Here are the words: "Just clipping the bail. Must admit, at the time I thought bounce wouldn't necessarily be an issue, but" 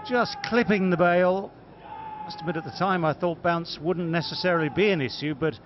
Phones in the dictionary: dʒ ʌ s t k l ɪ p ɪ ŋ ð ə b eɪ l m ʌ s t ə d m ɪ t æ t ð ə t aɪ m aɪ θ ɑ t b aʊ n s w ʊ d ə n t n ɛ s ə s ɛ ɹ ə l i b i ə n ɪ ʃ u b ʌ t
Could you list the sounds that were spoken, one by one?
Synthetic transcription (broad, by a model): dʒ ʌ s k l ɪ p ɪ ŋ ð ə b eɪ l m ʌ s t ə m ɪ t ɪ t ð ə t aɪ m aɪ θ ɑ t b aʊ n s w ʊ d n n ɛ s ə s ɛ ɹ ə l i b i ə n ɪ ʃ u b ʌ t